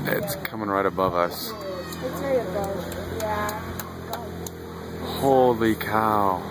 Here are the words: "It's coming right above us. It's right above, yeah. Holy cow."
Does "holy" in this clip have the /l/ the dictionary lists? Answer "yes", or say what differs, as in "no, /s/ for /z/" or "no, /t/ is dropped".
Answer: yes